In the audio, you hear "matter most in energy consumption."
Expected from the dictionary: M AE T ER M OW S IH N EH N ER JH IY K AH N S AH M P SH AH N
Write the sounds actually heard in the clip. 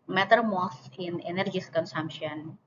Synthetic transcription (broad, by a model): M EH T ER M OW TH IH N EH N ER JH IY K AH N S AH M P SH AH N